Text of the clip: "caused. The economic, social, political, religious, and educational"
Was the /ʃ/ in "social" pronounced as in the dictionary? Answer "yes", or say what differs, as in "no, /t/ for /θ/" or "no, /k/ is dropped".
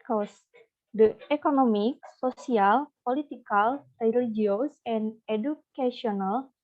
no, /s/ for /ʃ/